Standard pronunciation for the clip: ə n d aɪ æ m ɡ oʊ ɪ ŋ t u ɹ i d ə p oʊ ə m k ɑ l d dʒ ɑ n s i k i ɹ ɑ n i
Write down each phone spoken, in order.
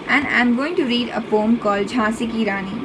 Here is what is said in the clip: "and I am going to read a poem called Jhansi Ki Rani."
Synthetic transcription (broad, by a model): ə n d aɪ m ɡ oʊ ɪ ŋ t u ɹ i d ə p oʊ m k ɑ l dʒ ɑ s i k i ɹ ɑ n i